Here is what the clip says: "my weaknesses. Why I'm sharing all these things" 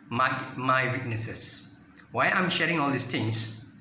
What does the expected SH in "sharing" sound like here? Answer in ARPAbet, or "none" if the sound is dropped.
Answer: SH